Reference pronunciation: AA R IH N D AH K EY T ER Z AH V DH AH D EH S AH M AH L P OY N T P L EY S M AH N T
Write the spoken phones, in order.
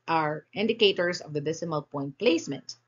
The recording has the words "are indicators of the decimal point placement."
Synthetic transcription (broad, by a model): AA R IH N D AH K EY T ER S AH V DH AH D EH S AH M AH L P OY N T P L EY S M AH N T